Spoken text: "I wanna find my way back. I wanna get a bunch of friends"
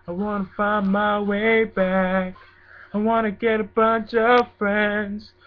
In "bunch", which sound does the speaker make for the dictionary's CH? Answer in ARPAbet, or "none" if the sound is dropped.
CH